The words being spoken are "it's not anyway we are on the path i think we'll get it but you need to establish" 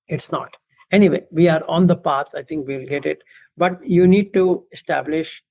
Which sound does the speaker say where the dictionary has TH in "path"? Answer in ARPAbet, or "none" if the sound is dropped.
S